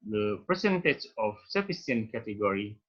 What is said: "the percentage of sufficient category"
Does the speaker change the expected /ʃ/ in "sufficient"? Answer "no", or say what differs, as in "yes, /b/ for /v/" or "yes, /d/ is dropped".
yes, /s/ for /ʃ/